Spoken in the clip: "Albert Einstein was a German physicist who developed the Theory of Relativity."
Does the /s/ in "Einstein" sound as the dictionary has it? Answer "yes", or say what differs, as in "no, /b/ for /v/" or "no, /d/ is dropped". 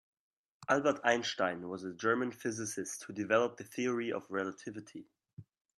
no, /ʃ/ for /s/